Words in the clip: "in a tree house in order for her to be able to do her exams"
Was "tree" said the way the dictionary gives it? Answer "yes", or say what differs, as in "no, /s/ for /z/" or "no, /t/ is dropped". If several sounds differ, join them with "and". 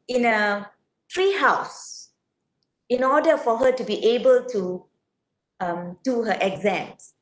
yes